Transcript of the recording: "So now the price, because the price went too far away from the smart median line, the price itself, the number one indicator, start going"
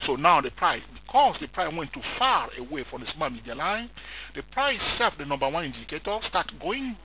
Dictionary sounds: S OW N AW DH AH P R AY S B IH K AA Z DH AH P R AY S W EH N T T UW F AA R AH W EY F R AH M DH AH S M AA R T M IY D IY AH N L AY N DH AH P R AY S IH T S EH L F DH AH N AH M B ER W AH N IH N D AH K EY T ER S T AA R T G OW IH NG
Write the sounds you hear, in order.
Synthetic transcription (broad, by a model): S OW N AW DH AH P R AY S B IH K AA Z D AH P R AY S W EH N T T UW F AA R AH W EY F R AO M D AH S M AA M IY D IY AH L AY N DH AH P R AY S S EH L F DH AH N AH M B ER W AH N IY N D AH K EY T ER S T AA T G OW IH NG